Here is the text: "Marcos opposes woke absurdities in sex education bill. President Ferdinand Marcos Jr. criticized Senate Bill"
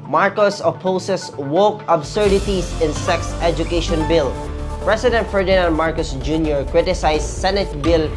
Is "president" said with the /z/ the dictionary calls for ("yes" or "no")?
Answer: no